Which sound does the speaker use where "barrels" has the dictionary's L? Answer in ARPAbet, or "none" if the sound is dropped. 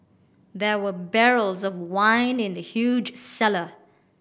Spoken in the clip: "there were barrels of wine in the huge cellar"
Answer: L